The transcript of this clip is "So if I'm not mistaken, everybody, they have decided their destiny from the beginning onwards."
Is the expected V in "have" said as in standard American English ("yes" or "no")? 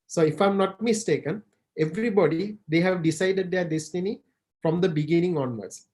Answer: yes